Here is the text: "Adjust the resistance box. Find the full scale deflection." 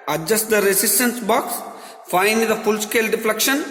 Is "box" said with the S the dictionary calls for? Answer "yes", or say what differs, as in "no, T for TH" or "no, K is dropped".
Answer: yes